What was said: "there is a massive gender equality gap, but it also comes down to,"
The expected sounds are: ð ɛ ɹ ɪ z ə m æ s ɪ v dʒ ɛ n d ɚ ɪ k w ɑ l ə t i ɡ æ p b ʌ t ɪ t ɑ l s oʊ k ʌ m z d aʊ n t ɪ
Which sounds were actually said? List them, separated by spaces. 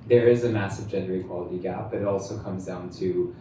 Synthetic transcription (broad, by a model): ð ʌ ɹ ɪ z ə m æ s ɪ v dʒ ɛ n d ɚ ɪ k w ɑ l ə t i ɡ æ p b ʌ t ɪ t ɑ l s oʊ k ʌ m z d aʊ n t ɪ